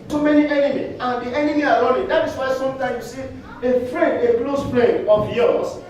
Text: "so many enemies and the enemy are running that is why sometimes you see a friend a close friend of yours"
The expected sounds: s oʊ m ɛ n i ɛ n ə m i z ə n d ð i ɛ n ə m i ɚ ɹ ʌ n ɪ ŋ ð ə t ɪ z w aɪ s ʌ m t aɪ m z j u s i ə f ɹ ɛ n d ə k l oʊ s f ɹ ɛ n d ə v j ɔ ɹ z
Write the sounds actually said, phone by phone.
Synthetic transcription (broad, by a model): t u m ɛ n i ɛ n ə m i ə n d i ɛ n ə m i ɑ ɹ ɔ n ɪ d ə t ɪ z w aɪ s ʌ m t aɪ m j u s i ə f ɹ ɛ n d ə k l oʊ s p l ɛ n ə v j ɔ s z